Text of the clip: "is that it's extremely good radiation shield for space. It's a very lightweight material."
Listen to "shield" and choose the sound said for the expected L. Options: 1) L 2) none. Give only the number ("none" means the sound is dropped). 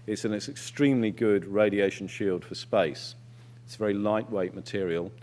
1